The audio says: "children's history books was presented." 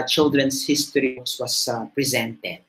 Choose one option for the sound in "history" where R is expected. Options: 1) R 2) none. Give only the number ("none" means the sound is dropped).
2